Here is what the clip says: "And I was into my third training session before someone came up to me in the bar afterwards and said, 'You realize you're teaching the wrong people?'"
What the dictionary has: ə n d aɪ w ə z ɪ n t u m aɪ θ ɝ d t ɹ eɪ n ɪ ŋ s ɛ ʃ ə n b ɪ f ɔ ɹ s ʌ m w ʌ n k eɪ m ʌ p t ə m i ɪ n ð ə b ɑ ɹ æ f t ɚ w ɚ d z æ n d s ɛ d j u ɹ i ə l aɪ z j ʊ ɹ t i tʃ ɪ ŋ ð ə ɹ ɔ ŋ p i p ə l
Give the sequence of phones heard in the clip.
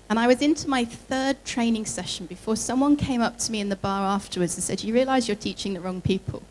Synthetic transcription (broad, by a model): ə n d aɪ w ə z ɪ n t u m aɪ θ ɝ d t ɹ eɪ n ɪ ŋ s ɛ ʃ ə n b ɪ f ɔ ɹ s ʌ m w ʌ n k eɪ m ʌ p t ə m i ɪ n ð ə b ɑ ɹ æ f t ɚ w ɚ d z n s ɛ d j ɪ ɹ i ə l aɪ z j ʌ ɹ t i tʃ ɪ ŋ ð ə ɹ ɔ ŋ p i p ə l